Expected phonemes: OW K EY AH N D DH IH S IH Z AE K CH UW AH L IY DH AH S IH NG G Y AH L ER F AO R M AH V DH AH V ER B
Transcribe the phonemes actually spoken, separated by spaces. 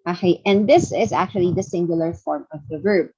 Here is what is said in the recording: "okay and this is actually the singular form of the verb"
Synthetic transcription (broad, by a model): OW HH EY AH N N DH IH S IH Z AE K CH UW AH L IY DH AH S IH NG G Y AH L ER F AO R M AH V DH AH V ER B